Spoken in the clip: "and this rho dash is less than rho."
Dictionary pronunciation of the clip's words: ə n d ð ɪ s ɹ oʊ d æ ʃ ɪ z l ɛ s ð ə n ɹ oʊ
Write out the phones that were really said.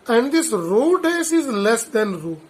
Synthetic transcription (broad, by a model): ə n d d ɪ s ɹ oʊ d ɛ s ɪ z l ɛ s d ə n ɹ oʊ